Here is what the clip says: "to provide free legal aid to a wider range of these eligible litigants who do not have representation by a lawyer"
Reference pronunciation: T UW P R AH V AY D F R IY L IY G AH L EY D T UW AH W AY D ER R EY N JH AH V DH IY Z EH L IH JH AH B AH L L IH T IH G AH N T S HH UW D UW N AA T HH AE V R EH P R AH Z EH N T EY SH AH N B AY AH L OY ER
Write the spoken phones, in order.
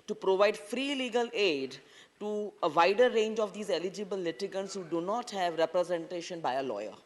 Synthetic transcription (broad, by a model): T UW P R AH V AY D F R IY L IY G AH L EY D T UW AH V AY D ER R EY N JH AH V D IY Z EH L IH JH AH B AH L L IH T IH G AH N T S HH UW D UW N AA T HH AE V R EH P R AH Z EH N T EY SH AH N B AY AH L OY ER